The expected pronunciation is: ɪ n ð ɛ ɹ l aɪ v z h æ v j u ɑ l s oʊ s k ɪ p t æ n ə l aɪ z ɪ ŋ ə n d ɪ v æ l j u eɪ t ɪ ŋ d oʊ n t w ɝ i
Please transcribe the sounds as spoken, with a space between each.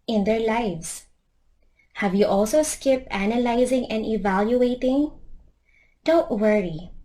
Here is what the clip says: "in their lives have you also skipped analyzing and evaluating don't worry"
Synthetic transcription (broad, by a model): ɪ n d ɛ ɹ l aɪ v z h æ v j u ɑ l s oʊ s k ɪ p t æ n ə l aɪ z ɪ ŋ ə n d ɪ v æ l j u eɪ t ɪ ŋ d oʊ n t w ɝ i